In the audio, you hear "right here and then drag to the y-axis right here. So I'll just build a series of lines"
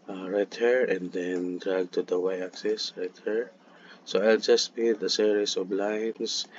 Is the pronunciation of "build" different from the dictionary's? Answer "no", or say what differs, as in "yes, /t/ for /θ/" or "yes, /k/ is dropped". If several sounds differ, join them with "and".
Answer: yes, /l/ is dropped